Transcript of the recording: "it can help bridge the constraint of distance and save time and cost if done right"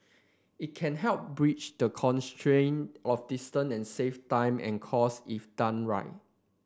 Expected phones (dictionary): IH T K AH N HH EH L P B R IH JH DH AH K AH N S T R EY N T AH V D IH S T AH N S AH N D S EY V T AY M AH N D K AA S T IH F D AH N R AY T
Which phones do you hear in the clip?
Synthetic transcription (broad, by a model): IH T K AH N HH EH L P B R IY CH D AH K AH N S T R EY N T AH F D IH S T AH N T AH N S EY F T AY M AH N K AA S IH F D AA N R AY T